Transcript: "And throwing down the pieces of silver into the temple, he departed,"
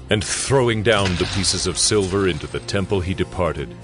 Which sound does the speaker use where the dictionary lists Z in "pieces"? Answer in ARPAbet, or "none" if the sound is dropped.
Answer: Z